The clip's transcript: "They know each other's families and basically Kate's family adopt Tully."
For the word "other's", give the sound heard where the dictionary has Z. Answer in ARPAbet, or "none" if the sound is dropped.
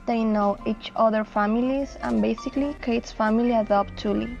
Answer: none